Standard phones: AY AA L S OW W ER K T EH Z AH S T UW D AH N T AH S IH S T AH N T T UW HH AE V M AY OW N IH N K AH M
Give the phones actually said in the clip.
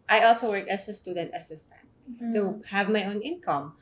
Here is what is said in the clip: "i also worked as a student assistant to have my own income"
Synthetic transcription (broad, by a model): AY AA L S OW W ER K EH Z AH S T UW D AH N T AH S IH S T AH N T T UW HH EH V M AY OW N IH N K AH M